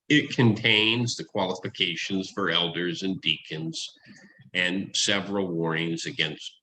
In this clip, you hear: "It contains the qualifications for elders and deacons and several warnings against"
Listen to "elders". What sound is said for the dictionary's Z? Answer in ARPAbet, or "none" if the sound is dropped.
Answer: Z